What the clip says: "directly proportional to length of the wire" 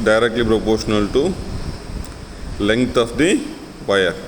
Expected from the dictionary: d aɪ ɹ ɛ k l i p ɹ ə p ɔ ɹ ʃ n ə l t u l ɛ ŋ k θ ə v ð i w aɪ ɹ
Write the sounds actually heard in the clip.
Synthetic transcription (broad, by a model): d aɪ ɹ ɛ k l i p ɹ ə p ɔ ɹ ʃ n ə l t u l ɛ ŋ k t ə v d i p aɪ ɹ